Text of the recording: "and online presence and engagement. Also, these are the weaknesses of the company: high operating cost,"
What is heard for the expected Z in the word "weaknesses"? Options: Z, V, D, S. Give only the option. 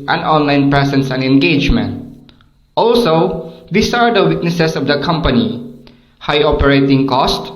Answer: S